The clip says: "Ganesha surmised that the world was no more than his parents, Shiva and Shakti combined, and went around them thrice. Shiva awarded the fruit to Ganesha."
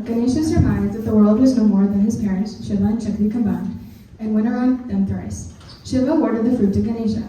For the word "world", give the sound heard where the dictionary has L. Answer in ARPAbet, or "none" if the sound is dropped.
L